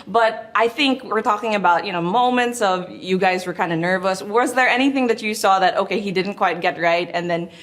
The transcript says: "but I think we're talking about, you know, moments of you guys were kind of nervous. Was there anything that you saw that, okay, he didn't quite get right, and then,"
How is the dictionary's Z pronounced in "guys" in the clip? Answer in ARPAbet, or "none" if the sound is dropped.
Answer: Z